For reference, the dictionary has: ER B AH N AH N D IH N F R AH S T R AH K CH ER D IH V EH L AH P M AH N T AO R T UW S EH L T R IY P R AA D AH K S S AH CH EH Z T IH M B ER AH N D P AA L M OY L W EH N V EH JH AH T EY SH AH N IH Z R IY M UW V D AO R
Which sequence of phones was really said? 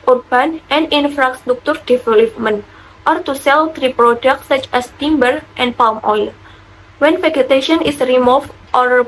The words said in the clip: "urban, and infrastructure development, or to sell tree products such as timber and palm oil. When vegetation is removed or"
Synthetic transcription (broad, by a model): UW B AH N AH N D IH N F R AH S T R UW K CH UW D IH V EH L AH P M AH N T AO R T UW S EH L T R IY P R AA D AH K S S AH CH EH S T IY M B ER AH N P AA L M OY L W EH N F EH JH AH T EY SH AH N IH S R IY M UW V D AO R